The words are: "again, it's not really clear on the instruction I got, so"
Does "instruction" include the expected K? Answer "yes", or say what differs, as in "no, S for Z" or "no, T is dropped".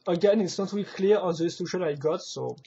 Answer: no, K is dropped